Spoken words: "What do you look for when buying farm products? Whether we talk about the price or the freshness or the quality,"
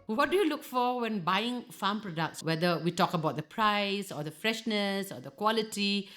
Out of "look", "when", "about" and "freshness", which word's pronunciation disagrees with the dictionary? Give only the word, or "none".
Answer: none